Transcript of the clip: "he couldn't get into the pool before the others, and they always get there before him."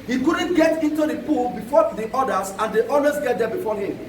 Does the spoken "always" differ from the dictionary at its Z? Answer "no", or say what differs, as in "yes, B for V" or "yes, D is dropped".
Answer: yes, S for Z